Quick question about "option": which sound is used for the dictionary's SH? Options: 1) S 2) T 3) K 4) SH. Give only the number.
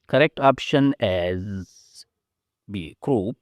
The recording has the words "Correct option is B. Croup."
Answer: 4